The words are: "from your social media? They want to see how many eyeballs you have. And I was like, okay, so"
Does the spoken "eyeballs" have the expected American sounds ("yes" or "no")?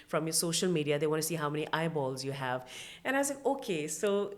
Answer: yes